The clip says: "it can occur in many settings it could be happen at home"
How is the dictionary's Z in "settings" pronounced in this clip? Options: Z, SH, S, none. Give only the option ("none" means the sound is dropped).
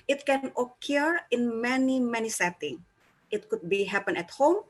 none